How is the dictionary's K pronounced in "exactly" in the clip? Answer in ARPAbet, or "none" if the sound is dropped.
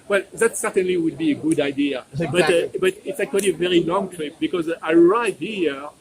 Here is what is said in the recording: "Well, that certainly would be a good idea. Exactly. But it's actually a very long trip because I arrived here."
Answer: none